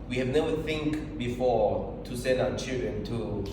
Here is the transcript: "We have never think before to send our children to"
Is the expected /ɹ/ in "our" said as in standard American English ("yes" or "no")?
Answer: no